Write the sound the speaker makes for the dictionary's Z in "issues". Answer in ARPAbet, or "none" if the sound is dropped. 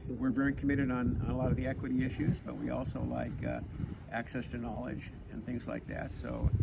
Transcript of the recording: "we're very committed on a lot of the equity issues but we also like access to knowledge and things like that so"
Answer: Z